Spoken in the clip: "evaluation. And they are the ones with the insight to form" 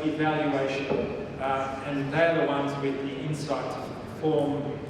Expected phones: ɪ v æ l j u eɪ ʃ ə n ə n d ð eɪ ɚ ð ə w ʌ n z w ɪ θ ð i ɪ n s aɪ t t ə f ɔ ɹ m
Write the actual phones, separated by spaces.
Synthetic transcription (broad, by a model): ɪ v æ l j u eɪ ʃ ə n ə n d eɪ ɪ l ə w ʌ n z w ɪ ð i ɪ n s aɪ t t f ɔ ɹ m